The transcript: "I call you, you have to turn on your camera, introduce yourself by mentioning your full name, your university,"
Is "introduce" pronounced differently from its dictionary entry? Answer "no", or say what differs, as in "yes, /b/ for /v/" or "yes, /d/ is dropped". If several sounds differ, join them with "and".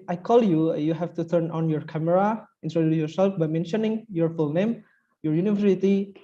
yes, /s/ is dropped